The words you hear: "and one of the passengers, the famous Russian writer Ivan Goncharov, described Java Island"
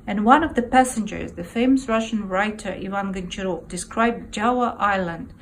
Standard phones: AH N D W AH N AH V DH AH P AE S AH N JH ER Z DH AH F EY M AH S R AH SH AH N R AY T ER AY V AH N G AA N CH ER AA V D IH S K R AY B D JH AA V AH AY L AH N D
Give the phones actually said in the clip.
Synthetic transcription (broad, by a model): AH N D W AH N AH V DH AH P AE S AH N JH ER Z DH AH F EY M AH S R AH SH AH N R AY T ER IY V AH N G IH N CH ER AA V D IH S K R AY B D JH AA AH AY L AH N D